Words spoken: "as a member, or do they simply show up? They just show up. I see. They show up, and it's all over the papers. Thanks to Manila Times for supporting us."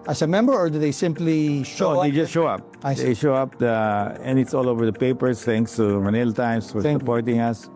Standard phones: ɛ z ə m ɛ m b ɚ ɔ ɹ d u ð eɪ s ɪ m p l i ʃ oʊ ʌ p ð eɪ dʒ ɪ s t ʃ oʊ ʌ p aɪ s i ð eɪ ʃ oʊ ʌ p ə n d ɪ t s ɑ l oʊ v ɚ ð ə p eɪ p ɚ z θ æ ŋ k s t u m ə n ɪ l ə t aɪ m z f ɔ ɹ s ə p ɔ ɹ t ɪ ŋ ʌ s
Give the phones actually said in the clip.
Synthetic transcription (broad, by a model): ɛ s m ɛ m b ɚ ɔ ɹ d u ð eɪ s ɪ m p l i ʃ oʊ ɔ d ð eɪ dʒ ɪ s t ʃ oʊ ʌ p aɪ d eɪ ʃ oʊ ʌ p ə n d ɪ t s ɑ l oʊ v ɚ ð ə p eɪ p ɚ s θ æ ŋ k s t u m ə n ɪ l t aɪ m s f ɔ ɹ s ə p ɔ ɹ t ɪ ŋ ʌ s